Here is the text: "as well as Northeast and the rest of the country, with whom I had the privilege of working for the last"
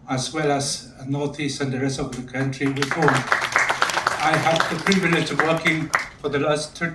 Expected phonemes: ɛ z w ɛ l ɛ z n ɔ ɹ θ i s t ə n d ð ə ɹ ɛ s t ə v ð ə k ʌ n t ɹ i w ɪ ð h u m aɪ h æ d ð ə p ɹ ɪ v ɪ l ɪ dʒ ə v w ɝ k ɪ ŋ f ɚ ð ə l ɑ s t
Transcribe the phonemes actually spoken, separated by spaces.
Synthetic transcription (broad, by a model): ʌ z w ɛ l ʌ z n ɔ ɹ θ i s t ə n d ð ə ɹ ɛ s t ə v ð ə k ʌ n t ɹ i w ɪ ð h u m aɪ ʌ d ð ə p ɹ ɪ v ɪ l ɪ dʒ ə v w ɝ k ɪ ŋ f ɚ ð ə l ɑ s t